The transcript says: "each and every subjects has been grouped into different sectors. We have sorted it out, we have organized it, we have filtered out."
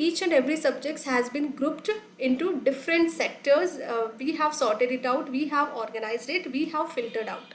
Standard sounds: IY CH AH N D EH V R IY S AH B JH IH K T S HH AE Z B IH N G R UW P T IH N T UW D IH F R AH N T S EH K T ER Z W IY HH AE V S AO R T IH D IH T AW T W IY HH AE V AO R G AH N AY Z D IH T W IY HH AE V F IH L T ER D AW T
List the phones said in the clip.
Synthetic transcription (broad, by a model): IY CH AH N D EH V R IY S AH B JH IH K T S HH AE Z B IH N G R UW P T IH N T UW D IH F R AH N T S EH K T ER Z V IY HH AE V S AO R T IH D IH T AW T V IY HH AE V AO R G AH N AY Z D IH T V IY HH AE V F IH L T ER D AW T